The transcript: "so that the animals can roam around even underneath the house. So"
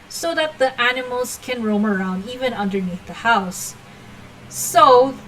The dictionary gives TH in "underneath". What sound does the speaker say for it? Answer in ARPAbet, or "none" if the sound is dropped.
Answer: TH